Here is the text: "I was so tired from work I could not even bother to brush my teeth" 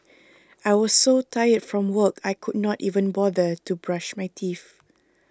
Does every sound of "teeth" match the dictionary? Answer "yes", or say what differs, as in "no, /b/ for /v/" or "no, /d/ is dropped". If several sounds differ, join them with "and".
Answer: no, /f/ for /θ/